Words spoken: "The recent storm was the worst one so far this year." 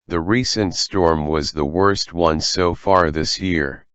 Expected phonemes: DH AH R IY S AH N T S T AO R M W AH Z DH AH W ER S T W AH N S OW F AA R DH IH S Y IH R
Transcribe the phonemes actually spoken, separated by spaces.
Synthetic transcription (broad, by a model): DH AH R IY S AH N T S T AO R M W AH Z DH AH W ER S T W AH N S OW F AA R DH IH S Y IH R